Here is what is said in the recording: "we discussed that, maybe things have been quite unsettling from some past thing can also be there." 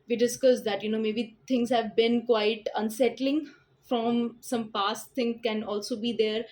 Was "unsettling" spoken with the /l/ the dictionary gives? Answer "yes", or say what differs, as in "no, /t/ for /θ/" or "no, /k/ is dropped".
yes